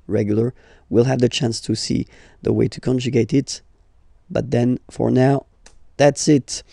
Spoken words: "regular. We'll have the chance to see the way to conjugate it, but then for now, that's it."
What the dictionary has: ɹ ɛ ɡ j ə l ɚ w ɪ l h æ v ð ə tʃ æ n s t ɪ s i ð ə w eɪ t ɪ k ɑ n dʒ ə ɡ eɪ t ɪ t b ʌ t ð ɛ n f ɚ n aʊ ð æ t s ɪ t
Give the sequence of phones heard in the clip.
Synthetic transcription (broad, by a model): ɹ ɛ ɡ j l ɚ w ɪ l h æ v ð ə tʃ æ n s t ɪ s i ð ə w eɪ t ɪ k ɑ n dʒ ə ɡ eɪ t ɪ t b ʌ t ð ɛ n f ɚ n aʊ ð æ t s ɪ t